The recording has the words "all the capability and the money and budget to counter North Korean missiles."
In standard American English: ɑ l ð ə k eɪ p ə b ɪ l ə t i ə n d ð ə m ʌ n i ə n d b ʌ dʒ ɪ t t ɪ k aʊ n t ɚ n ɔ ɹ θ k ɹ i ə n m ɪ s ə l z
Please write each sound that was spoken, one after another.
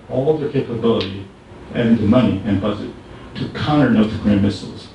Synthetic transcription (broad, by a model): ɑ l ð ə k eɪ p ə b ɪ l ə t i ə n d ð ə m ʌ n i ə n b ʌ z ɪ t t ɪ k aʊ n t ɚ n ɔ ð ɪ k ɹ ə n m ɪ s l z